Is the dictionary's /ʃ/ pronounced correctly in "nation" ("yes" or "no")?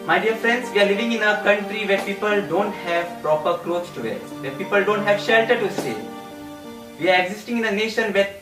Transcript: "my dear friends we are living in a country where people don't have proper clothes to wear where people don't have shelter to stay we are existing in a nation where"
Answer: yes